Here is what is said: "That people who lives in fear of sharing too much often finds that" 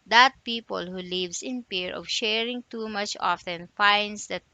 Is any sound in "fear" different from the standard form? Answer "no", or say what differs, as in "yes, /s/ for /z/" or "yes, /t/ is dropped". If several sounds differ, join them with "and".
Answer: yes, /p/ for /f/